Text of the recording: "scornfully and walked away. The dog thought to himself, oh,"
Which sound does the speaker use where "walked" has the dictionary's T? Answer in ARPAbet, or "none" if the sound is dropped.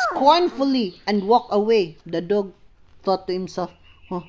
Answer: none